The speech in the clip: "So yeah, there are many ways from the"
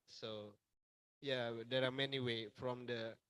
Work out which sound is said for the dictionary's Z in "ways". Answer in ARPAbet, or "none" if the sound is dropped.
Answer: none